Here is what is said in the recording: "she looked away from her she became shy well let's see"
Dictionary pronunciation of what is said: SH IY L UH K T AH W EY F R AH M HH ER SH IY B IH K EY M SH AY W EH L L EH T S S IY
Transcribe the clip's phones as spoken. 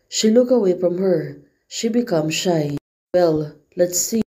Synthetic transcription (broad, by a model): SH IY L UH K AH W EY F R AH M HH ER SH IY B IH K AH M SH AY W EH L L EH T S S IY